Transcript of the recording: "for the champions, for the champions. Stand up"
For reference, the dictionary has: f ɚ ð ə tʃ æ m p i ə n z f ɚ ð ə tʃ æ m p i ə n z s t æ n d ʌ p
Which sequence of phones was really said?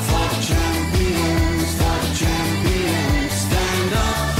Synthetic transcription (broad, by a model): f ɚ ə tʃ æ m p i ə n z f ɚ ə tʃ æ m p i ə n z s t æ n d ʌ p